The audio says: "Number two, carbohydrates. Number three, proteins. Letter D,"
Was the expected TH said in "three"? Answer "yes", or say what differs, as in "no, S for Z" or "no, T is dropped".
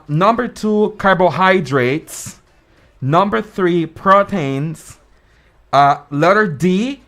yes